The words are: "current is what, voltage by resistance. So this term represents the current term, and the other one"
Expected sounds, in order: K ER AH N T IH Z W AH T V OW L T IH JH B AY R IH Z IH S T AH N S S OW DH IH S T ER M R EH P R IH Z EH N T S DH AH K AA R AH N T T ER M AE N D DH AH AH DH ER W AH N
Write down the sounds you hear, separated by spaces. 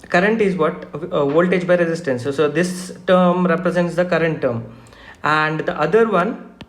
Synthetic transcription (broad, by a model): K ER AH N T IH Z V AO T V OW L T IH JH B AY R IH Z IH S T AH N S S OW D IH S T ER M R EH P R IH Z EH N T S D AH K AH R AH N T T ER M AE N D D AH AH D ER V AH N